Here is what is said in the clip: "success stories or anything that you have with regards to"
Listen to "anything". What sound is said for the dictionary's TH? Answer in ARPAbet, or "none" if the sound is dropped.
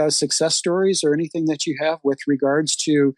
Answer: TH